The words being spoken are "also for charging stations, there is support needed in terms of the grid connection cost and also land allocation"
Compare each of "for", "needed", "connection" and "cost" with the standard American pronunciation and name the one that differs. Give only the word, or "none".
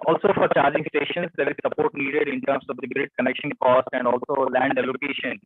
none